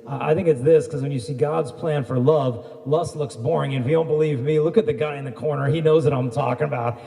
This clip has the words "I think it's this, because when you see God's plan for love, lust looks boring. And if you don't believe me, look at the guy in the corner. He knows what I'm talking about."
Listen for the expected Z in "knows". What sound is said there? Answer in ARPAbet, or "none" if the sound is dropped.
Z